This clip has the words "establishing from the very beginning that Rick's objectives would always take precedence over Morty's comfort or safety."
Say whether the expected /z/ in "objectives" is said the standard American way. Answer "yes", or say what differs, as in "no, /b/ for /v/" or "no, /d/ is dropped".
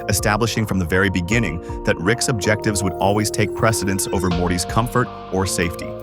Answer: yes